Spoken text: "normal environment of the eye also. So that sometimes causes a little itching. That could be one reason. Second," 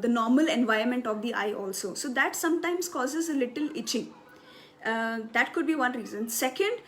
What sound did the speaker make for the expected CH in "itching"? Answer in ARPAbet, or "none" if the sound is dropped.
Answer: CH